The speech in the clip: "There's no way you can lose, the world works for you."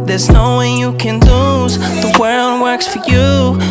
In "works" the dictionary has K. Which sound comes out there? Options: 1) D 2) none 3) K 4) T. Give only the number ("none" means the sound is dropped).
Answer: 3